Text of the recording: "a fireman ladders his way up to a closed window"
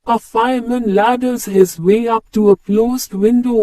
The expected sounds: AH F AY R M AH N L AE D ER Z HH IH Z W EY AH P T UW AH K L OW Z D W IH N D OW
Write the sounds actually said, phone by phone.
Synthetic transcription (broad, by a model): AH F AY M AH N L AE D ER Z HH IH Z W EY AH P T UW AH K L OW Z D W IH N D OW